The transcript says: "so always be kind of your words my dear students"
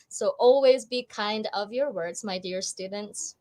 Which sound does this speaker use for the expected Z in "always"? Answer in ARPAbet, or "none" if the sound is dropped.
Z